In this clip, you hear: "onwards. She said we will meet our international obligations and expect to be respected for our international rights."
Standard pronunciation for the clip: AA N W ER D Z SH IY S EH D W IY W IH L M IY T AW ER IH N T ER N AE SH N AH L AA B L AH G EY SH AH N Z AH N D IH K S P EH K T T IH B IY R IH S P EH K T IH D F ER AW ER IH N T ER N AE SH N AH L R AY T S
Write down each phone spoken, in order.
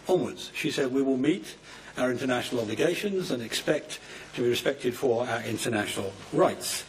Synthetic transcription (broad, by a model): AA N W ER D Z SH IY S EH D W IY W IH L M IY T AW ER IH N T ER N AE SH N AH L AA B L AH G EY SH AH N Z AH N IH K S P EH K T T IH B IY R IH S P EH K T IH D F ER AW ER IH N T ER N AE SH N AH L R AY T S